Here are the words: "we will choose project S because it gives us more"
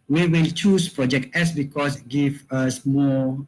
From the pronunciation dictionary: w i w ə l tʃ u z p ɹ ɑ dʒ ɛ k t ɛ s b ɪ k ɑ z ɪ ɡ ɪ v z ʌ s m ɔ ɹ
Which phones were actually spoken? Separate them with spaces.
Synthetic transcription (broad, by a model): w i w ə l tʃ u s p ɹ ɑ dʒ ɛ k t ɛ s b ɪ k ɑ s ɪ ɡ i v ʌ s m ɔ